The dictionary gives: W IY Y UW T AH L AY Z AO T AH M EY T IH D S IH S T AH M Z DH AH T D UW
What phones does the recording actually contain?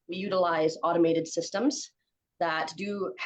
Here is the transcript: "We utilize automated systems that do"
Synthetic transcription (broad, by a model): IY Y UW T AH L AY Z AO T AH M EY T IH D S IH S T AH M Z DH AH T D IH